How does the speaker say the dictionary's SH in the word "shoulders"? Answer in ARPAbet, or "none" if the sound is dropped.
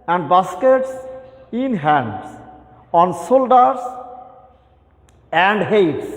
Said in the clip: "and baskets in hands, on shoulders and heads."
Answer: S